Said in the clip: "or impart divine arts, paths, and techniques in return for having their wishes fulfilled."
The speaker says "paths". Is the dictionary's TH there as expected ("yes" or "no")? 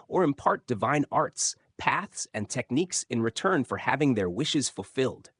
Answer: yes